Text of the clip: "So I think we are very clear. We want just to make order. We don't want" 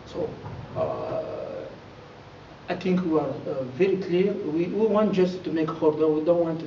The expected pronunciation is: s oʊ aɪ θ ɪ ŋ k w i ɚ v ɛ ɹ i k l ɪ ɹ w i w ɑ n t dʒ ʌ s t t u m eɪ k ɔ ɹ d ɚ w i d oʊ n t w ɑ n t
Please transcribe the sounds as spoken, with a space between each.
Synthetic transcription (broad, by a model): s oʊ aɪ t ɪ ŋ k w i ɚ v ɛ ɹ i k l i w w i w ɑ n t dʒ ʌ s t t u m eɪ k ɔ ɹ d ɚ w i d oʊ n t w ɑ n t